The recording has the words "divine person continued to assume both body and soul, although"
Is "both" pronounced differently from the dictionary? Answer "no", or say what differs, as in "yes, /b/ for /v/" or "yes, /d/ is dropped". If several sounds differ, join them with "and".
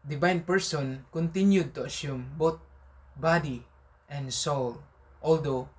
yes, /t/ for /θ/